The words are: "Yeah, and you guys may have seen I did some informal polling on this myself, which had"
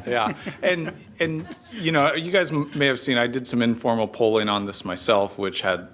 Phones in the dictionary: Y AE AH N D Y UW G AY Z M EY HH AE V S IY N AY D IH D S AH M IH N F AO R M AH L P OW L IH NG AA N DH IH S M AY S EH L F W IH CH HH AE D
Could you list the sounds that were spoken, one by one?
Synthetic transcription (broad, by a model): Y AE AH N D Y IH G AY Z M EY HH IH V S IY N AY D IH D S AH M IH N F AO R M L P OW L IH NG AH N DH IH S M AY S EH L F W IH CH HH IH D